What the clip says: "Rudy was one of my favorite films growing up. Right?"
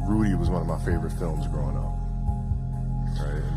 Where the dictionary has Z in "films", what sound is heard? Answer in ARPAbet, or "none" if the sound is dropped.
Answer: Z